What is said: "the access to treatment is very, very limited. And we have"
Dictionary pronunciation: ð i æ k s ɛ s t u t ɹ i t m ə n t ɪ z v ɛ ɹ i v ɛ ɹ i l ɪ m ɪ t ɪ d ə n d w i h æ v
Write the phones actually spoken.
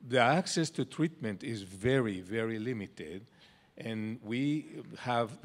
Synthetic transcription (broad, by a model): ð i æ k s ɛ s t u t ɹ i t m ə n t ɪ z v ɛ ɹ i v ɛ ɹ i l ɪ m ɪ t ɪ d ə n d w i h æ v